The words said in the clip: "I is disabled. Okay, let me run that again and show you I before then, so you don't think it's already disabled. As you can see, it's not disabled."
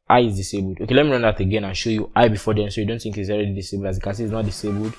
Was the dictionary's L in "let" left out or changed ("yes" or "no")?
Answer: no